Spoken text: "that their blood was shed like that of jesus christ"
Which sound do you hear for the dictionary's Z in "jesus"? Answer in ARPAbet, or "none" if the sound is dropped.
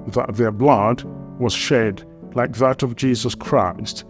Z